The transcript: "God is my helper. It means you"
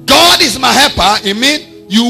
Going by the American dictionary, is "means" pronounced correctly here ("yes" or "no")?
no